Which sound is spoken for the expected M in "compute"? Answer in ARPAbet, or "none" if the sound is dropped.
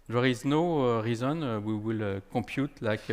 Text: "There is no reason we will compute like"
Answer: M